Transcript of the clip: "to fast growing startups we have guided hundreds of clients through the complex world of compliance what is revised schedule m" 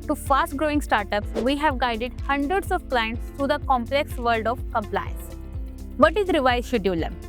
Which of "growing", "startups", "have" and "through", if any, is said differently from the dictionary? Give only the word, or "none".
through